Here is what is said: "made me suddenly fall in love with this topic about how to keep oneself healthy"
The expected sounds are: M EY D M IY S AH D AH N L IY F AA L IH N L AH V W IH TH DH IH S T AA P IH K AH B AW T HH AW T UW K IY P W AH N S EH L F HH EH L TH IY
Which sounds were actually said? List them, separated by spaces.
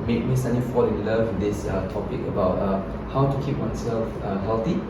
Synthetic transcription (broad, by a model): M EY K M IY S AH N IY F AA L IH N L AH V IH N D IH S T AA P IH K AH B AW T HH AW T UW K IY P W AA N S EH L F HH EH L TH IY